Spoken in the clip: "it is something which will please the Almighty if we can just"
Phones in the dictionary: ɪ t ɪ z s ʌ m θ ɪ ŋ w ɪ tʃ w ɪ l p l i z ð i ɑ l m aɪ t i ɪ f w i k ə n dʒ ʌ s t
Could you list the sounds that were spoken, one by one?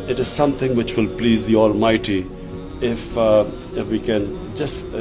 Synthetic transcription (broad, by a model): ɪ t ɪ z s ʌ m t ɪ ŋ w ɪ tʃ w ɪ l p l i z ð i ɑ l m aɪ t i ɪ f w i k ə n dʒ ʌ s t